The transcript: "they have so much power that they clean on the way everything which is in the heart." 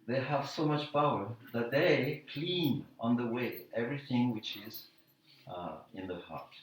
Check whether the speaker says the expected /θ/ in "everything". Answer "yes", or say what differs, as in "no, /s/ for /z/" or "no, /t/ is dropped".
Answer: yes